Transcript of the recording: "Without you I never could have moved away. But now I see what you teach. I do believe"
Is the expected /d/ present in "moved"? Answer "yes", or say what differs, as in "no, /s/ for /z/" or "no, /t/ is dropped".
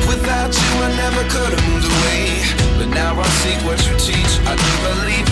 no, /d/ is dropped